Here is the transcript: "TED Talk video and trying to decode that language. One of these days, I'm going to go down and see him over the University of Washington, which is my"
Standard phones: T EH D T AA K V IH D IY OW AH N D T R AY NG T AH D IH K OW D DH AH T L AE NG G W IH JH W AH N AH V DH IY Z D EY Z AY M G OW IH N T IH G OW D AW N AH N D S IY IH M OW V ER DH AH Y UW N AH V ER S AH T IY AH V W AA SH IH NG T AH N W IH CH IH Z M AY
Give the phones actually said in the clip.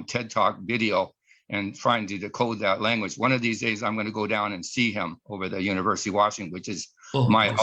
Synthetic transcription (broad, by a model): T EH D T AA K V IH D IY OW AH N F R AY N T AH D IH K OW D DH AH T L AE NG G W IH JH W AH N AH V DH IY Z D EY Z AY M G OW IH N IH G OW D AW N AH N S IY IH M OW V ER DH AH Y UW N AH V ER S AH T IY W AA SH IH NG W IH CH IH Z M AY